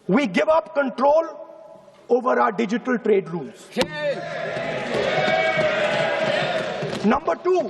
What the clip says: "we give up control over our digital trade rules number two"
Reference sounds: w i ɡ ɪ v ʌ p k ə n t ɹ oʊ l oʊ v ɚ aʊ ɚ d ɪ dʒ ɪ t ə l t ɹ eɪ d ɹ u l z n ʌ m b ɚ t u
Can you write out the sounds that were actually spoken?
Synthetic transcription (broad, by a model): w i ɡ ɪ v ʌ p k ə n t ɹ oʊ l oʊ v ɚ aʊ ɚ d ɪ dʒ ɪ t ə l t ɹ eɪ d ɹ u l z n ʌ m b ɚ t u